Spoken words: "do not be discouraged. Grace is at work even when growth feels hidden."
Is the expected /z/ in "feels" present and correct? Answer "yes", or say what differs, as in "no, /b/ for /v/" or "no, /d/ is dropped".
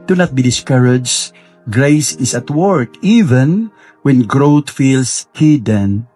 no, /s/ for /z/